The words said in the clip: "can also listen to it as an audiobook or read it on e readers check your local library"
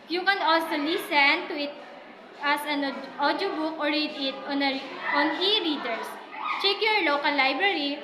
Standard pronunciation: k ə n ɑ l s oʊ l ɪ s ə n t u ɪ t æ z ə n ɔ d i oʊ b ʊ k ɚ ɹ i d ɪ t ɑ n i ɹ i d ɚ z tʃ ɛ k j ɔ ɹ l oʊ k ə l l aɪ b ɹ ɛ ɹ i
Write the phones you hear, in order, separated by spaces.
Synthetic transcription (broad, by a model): k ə n ɑ l s oʊ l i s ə n t u ɪ t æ s ə n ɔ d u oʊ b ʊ k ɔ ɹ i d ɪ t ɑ n i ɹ i d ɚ s tʃ ɛ k j ɔ ɹ l oʊ k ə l l aɪ b ɹ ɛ ɹ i